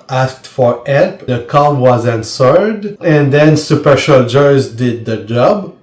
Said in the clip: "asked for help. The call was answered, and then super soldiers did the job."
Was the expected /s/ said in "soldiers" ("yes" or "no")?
no